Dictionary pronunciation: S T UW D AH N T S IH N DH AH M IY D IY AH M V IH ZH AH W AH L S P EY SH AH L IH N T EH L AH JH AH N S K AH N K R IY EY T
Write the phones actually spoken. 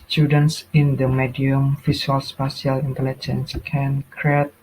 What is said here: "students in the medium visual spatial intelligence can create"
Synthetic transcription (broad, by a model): S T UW D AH N T S IH N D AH M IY D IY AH M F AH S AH L S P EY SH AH L IH N T EH L AH JH AH N S K AH N K R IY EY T